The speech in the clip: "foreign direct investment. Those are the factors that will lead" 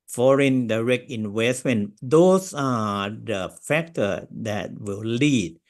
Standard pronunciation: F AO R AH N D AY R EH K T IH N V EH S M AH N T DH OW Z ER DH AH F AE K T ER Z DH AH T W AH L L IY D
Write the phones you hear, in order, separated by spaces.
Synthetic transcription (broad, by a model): F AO R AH N D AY R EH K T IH N W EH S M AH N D OW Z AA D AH F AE K T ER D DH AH T W AH L L IY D